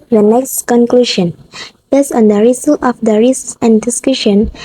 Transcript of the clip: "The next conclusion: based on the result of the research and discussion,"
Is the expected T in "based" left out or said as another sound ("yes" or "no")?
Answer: yes